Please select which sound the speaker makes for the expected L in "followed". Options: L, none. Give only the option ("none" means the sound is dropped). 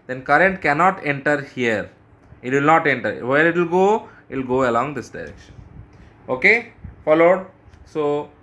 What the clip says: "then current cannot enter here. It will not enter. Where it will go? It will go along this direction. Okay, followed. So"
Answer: L